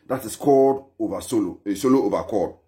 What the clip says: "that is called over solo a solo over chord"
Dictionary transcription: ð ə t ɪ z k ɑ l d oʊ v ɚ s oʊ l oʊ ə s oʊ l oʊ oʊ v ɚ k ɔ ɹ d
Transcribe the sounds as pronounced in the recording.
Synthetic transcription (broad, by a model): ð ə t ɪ s k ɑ d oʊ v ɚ s oʊ l oʊ ə s oʊ l oʊ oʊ v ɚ k ɔ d